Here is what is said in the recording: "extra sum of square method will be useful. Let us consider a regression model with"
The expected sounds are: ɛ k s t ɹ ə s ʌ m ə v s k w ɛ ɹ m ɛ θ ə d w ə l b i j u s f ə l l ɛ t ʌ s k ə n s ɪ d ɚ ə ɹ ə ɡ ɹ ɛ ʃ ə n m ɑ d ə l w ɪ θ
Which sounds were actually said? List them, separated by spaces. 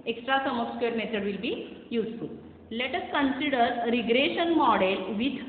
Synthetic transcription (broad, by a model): ɛ k s t ɹ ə s ʌ m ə p s k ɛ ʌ ɹ m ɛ t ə d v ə l b i j u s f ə l l ɛ t ʌ s k ə n s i d ɚ ɹ ə ɡ ɹ ɛ ʃ ə n m ɑ d ə l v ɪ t